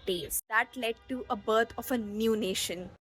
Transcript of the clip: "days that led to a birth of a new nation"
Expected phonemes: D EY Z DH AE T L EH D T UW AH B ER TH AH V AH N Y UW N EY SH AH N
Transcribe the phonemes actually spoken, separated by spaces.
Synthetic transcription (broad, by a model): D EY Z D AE T L EH D T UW AH B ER T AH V AH N Y UW N EY SH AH N